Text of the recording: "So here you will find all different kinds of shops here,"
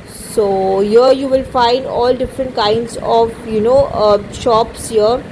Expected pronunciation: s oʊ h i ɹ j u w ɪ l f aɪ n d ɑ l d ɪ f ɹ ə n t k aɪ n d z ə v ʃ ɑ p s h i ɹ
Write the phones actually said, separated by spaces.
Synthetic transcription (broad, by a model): s oʊ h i ɹ j u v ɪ l f aɪ n d ɑ l d ɪ f ɹ ə n t k aɪ n d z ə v ʃ ɑ p s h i ɹ